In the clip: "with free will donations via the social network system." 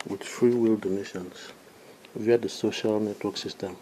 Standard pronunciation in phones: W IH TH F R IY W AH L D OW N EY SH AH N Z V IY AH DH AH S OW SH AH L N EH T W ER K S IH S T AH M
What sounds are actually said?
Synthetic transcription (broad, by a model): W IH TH F R IY W AH L D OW N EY SH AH N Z V IY AH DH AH S OW SH AH L N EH T W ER K S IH S T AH M